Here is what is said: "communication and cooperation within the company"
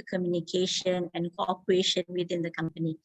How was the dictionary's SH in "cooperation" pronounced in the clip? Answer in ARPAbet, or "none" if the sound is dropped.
SH